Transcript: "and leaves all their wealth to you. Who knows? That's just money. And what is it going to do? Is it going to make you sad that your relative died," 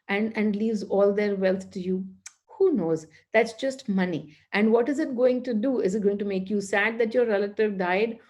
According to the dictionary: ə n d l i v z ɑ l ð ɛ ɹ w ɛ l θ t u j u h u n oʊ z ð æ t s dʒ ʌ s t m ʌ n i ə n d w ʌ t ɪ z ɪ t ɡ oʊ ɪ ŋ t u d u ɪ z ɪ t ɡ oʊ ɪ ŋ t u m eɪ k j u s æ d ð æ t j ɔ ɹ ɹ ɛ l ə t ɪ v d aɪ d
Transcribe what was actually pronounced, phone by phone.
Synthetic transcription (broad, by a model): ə n d l i v z ɑ l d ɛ ɹ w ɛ l t t u j u h u n oʊ z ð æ t s dʒ ʌ s t m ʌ n i ə n d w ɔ t ɪ z ɪ t ɡ oʊ ɪ ŋ t u d u ɪ z ɪ t ɡ oʊ ɪ ŋ t u m eɪ k j u s æ d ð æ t j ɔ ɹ ɹ ɛ l ə t ɪ v d aɪ d